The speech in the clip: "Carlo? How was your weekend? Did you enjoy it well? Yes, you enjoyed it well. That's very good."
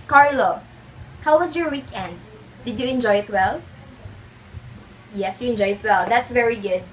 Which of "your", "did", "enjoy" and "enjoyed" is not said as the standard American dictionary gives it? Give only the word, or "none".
enjoyed